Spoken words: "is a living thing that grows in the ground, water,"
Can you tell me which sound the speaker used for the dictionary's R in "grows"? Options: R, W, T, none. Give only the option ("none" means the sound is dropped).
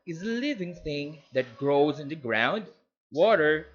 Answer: R